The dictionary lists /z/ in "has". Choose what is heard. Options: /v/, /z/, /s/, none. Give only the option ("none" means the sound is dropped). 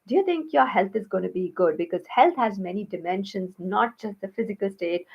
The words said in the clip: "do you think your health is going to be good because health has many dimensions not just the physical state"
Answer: /z/